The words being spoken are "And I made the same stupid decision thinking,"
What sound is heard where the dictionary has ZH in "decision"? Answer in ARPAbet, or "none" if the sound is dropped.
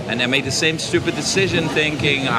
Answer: ZH